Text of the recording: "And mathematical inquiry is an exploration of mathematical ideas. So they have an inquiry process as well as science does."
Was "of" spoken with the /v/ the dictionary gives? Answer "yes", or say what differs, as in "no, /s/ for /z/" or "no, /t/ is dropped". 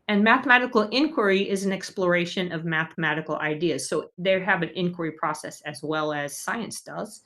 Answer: yes